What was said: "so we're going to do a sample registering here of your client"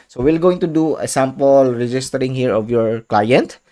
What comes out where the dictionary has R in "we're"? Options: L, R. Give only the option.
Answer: L